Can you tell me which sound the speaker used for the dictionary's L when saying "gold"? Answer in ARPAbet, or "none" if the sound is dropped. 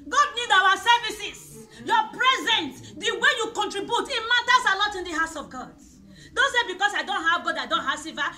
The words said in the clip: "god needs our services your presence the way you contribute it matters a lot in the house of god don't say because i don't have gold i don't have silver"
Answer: none